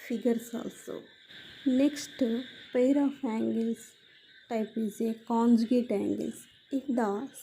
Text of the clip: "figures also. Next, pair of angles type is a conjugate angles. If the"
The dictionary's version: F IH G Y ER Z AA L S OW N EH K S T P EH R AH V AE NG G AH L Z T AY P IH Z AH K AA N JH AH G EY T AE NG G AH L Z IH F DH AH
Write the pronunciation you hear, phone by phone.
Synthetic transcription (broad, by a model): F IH G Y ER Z AA L S OW N EH K S T P EH R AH F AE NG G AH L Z T AY P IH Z AH K AA N JH AH G EY T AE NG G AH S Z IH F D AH